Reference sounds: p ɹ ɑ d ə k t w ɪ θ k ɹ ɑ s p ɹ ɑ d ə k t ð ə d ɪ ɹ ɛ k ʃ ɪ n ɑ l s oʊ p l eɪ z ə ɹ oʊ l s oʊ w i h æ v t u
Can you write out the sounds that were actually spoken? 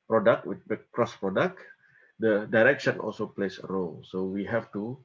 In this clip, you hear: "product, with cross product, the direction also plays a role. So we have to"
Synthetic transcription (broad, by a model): p ɹ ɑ d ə k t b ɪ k k ɹ ɑ s p ɹ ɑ d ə k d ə d ɪ ɹ ɛ k ʃ ɪ n ɑ l s oʊ p l eɪ s ə ɹ oʊ l s oʊ w i h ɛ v t u